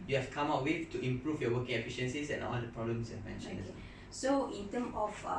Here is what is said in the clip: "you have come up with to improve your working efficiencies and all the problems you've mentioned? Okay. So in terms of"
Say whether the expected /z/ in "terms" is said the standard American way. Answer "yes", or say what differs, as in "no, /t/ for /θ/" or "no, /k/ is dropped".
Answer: no, /z/ is dropped